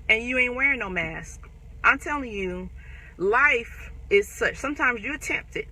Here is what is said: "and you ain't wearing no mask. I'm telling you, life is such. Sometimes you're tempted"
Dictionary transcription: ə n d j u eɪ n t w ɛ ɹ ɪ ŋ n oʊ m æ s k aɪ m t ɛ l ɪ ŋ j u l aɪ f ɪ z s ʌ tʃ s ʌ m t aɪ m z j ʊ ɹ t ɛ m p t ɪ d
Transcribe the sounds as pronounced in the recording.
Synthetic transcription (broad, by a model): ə n j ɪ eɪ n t w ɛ ɹ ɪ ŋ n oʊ m æ s k aɪ m t ɛ l ɪ ŋ j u l aɪ f ɪ z s ʌ tʃ s ʌ m t aɪ m z j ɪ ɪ t ɛ m p t ɪ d